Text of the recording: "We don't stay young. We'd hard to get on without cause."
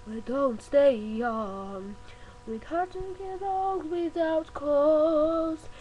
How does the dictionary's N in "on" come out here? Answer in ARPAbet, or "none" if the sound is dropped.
L